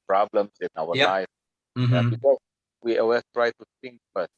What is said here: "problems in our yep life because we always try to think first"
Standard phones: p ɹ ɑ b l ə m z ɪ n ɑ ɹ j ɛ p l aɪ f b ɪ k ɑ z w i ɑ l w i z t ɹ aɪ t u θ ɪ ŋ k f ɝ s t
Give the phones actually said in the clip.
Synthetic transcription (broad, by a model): p ɹ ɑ b l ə m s ɪ n ɑ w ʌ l aɪ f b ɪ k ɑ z w i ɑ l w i t ɹ aɪ t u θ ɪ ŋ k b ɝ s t